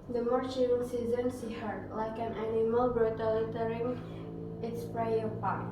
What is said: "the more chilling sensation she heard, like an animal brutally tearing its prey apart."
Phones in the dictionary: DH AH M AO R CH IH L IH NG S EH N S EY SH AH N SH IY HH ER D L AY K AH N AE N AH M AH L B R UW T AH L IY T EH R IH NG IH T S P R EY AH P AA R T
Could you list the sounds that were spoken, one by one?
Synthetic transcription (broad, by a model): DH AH M AO R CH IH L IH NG S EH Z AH N S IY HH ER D L AY K AH N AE N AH M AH L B R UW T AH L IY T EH R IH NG IH T S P R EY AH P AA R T